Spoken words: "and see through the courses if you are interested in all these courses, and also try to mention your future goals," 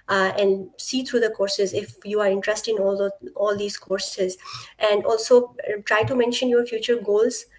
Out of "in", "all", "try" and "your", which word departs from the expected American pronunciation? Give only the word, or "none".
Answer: in